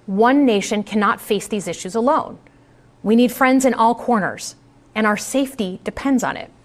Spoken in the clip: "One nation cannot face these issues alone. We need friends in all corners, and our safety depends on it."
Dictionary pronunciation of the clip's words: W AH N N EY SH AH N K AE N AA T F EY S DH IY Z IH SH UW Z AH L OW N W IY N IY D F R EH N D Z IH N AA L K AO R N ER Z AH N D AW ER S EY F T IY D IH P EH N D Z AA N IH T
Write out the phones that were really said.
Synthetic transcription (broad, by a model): W AH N N EY SH AH N K AE N AA T F EY S DH IY Z IH SH UW Z AH L OW N W IY N IY D F R EH N D Z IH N AA L K AO R N ER Z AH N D AW ER S EY F T IY D IH P EH N D Z N IH T